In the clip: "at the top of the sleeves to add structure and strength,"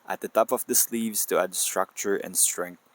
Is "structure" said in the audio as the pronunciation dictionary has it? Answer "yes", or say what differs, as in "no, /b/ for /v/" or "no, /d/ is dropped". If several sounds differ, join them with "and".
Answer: yes